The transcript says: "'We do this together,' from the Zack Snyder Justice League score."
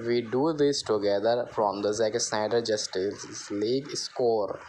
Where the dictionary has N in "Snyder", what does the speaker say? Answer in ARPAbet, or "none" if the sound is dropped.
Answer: none